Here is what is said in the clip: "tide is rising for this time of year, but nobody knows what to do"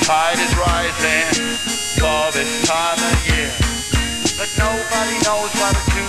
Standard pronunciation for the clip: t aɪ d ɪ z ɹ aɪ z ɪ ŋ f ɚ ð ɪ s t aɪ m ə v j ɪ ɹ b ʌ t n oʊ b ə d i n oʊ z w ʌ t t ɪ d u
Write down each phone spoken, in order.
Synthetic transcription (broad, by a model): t aɪ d ɪ z ɹ aɪ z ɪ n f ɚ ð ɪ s t aɪ m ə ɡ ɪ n b ʌ t n oʊ b ə d i n oʊ z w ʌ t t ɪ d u